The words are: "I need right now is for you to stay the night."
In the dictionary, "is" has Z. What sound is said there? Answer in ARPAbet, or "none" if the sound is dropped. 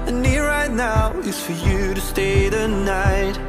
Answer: S